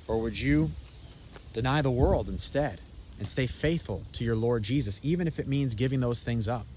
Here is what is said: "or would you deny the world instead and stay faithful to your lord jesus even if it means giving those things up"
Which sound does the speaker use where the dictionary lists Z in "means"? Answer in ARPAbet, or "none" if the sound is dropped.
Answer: Z